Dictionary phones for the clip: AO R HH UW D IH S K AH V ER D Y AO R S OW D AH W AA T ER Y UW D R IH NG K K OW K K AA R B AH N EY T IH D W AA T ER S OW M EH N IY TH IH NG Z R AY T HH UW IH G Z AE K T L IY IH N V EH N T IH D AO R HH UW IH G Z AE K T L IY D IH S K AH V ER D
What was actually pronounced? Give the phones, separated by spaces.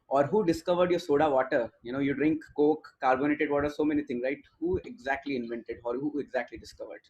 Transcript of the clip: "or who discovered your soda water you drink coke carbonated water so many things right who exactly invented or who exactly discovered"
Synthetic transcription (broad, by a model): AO R HH UW D IH S K AH V ER D Y AO R S OW D AH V AA T ER Y UW D R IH NG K K OW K K AA R B AH N EY T IH D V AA T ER S OW M EH N IY T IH NG R AY T HH UW IH G Z AE K T L IY IH N V EH N T IH D AO R HH UW IH G Z AE K T L IY D IH S K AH V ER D